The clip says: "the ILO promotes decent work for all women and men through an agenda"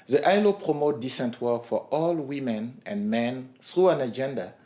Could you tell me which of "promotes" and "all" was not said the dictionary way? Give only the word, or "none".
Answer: promotes